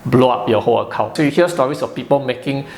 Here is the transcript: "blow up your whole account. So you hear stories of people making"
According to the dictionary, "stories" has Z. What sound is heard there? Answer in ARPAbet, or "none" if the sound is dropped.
S